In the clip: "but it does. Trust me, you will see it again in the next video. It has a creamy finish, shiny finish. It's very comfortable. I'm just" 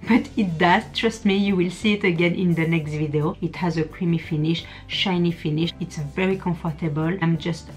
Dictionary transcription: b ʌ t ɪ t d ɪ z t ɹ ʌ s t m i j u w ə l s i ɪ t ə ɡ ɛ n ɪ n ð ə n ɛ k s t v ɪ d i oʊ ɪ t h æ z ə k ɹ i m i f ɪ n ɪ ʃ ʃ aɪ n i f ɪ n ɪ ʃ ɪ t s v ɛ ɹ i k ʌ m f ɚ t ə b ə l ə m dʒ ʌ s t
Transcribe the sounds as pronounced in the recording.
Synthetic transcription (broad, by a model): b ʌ t ɪ t d ɪ z t ɹ ʌ s t m i j u w ə l s i ɪ t ə ɡ ɛ n ɪ n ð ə n ɛ k s t v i d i oʊ ɪ t h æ z ə k ɹ i m i f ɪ n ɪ ʃ ʃ aɪ n i f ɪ n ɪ ʃ ɪ t s v ɛ ɹ i k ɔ f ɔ t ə b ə l ə m dʒ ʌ s t